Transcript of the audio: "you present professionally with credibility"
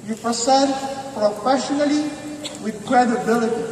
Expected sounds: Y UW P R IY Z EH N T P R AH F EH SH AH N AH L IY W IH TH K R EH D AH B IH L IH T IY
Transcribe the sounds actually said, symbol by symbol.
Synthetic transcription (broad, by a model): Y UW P IY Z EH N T P R AH F EH SH AH N AH L IY W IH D K R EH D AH B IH L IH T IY